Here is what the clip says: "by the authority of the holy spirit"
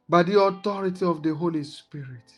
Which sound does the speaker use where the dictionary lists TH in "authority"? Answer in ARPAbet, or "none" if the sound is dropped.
T